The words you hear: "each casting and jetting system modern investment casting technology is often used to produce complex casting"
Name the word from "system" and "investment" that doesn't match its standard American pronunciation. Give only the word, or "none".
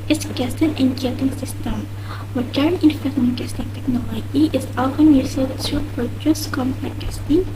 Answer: investment